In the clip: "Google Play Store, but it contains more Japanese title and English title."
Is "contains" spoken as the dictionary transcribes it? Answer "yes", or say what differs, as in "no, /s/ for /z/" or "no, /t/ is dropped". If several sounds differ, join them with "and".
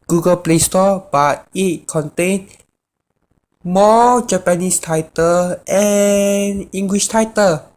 no, /z/ is dropped